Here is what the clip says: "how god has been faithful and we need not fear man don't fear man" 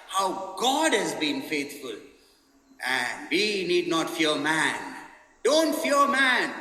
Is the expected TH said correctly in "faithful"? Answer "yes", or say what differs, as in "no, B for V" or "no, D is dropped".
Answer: no, T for TH